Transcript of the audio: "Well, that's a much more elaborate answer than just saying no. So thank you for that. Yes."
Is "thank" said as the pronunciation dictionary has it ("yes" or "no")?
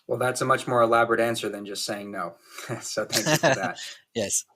yes